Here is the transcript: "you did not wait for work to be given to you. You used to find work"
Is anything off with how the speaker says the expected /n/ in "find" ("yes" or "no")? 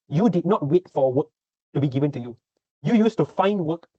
no